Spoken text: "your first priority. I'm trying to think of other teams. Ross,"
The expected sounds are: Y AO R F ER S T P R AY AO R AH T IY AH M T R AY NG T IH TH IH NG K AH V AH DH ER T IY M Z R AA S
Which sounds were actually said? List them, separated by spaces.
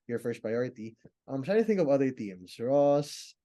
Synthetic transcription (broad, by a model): Y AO R F ER S T P R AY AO R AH T IY AH M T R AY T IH TH IH NG K AH V AH DH ER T IY M S R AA S